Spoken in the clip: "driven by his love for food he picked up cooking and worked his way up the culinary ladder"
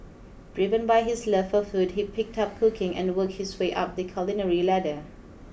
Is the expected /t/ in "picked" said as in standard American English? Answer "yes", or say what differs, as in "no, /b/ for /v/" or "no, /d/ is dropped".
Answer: yes